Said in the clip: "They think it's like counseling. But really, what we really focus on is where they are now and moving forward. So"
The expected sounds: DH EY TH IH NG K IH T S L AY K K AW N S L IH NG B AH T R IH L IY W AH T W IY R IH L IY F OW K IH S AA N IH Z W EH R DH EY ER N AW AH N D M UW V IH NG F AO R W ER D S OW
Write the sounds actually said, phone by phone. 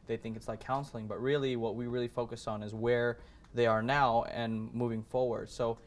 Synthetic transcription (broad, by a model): DH EY TH IH NG K IH T S L AY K K AW N S L IH NG B AH T R IH L IY W AH T W IY R IH L IY F OW K IH S N IH Z W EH R DH EY ER N AW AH N M UW V IH NG F AO R W ER D S OW